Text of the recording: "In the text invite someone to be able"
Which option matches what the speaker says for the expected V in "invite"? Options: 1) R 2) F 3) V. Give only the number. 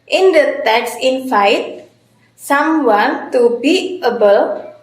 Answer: 2